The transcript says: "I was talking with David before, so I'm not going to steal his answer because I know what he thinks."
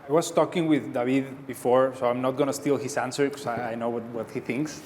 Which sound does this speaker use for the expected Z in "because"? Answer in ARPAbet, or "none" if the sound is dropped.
none